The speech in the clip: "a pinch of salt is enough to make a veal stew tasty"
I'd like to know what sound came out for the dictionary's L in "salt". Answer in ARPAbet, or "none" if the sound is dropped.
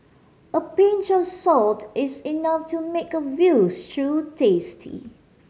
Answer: L